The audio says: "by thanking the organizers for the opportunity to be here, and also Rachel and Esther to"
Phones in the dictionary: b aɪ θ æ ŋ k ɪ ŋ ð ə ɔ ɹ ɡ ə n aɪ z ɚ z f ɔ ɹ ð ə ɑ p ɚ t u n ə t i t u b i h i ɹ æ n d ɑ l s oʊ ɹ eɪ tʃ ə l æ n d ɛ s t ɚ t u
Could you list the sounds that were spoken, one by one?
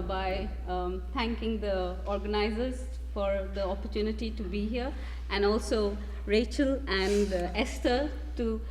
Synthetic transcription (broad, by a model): b aɪ t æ ŋ k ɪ ŋ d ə ɔ ɹ ɡ ə n aɪ z ɚ z f ɔ ɹ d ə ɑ p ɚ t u n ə t i t u b i h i ɹ æ n d ɑ l s oʊ ɹ eɪ tʃ ə l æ n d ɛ s t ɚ t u